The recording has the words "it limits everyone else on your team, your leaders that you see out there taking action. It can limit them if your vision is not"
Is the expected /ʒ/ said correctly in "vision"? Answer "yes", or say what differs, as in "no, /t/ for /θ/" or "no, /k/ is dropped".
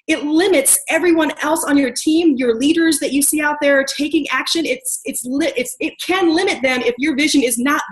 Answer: yes